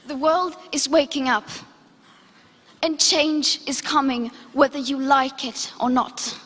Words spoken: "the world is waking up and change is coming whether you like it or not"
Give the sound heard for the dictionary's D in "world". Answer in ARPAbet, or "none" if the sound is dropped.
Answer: D